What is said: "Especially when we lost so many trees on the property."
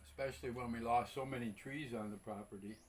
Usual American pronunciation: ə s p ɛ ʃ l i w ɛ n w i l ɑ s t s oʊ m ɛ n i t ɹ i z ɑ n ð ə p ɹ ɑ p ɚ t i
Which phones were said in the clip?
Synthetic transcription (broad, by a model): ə s p ɛ ʃ l i w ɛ n w i l ɑ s s oʊ m ɛ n i t ɹ i z n ð ə p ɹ ɑ p ɚ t i